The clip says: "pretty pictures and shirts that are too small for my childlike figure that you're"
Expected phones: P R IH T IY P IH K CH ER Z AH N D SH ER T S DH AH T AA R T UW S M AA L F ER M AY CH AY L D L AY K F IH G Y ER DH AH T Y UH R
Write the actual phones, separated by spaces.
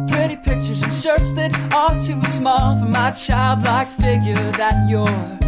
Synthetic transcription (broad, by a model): P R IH T IY P IH K CH ER Z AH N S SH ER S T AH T AA L T UW S M AA L F ER M AY CH AY L D L AY K F IH G Y ER DH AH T Y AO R